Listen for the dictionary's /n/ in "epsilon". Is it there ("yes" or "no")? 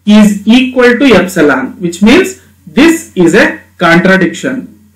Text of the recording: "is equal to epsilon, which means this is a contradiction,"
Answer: yes